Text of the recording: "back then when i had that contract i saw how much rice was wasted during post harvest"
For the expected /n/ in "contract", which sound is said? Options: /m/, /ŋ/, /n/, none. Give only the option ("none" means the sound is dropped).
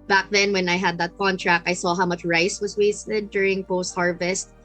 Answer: /n/